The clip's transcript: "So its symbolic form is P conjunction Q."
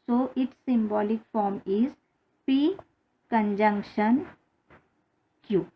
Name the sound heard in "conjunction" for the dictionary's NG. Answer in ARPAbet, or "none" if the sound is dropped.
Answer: NG